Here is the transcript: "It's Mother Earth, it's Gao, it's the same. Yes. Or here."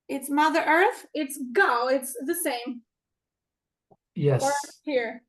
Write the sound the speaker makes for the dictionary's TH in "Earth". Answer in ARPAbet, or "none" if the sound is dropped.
TH